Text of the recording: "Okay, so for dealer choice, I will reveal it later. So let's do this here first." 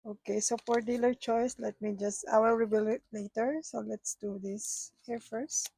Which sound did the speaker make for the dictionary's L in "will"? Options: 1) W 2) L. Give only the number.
1